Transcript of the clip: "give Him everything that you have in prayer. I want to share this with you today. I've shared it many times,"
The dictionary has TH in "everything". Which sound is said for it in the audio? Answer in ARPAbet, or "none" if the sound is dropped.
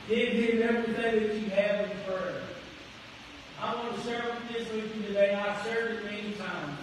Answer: TH